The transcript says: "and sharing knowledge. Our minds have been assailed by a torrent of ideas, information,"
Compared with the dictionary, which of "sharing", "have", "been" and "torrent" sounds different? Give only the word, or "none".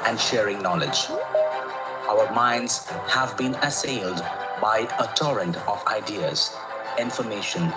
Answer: none